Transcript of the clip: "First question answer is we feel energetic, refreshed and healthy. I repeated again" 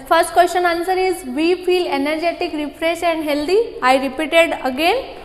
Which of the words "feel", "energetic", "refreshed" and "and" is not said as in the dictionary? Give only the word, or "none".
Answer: refreshed